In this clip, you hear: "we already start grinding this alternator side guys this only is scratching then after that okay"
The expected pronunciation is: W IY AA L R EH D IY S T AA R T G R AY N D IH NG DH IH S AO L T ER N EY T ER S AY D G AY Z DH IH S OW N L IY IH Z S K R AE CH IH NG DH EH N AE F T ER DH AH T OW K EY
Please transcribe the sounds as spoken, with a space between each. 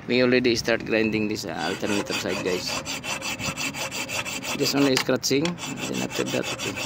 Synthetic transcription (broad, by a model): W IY AA L R EH D IY S T AA R T G R AY N D IH NG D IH S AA L T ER N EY T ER S AY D G AY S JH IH S OW N L IY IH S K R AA S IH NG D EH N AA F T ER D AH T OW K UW